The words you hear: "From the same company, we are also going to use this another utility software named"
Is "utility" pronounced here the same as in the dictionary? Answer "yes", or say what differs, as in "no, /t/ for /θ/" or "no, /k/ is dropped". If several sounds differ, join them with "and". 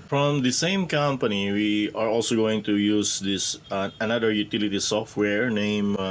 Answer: yes